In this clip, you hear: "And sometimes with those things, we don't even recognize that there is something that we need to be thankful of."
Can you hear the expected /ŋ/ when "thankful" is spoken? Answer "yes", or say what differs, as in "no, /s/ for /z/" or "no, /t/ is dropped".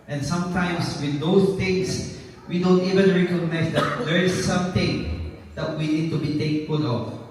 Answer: no, /ŋ/ is dropped